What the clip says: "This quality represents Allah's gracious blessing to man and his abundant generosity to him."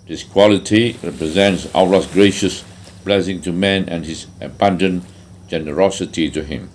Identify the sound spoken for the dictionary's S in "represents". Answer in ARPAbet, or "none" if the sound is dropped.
S